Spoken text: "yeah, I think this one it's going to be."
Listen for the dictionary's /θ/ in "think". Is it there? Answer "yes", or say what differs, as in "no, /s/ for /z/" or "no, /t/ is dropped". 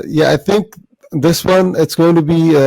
yes